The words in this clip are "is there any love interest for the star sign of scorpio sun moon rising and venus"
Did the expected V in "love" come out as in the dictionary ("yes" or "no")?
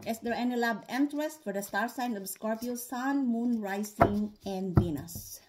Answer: no